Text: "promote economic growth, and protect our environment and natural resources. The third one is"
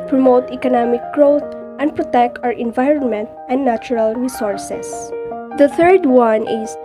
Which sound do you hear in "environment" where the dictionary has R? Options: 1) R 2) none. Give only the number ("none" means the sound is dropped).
1